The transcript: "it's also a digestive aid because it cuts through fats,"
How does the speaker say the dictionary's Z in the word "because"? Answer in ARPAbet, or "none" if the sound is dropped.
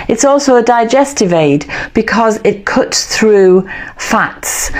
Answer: Z